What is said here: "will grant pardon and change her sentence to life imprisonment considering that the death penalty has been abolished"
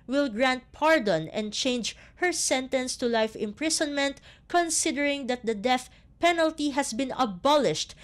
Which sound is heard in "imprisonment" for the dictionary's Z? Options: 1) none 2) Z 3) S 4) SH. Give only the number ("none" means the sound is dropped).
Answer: 3